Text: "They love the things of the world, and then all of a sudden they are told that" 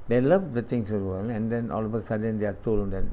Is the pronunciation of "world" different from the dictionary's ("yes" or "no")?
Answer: yes